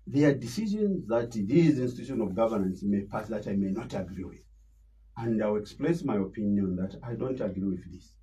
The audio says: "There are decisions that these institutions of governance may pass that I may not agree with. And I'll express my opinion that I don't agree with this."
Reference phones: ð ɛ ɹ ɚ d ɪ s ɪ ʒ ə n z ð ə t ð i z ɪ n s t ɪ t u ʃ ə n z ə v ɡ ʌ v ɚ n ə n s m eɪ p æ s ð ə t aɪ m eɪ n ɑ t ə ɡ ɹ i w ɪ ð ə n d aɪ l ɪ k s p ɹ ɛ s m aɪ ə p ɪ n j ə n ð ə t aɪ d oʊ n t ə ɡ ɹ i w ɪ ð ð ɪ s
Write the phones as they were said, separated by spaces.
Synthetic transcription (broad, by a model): ð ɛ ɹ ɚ d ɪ s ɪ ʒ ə n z ð ə t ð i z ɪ n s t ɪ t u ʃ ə n ə v ɡ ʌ v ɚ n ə n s m eɪ p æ s ð ə t aɪ m eɪ n ɑ t ə ɡ ɹ i w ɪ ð ə n d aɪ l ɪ k s p l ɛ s m aɪ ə p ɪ n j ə n ð ə t aɪ d oʊ n t ə ɡ ɹ i w ɪ ð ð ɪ s